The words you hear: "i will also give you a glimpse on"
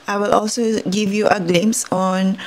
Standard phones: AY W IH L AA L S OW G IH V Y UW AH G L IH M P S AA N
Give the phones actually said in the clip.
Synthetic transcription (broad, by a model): AY W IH L AA L S OW G IH V Y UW AH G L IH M S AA N